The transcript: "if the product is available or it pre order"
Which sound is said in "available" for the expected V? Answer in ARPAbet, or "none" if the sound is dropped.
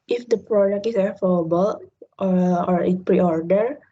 F